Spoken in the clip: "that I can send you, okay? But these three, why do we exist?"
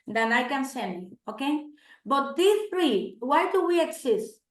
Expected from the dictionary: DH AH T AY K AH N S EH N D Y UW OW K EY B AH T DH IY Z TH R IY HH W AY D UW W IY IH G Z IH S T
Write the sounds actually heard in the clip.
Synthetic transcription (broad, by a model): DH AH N AY K AH N S EH N D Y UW OW K EY B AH T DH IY TH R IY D W AY D UW W IY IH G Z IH S T